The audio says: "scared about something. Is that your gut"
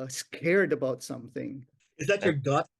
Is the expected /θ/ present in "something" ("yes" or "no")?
yes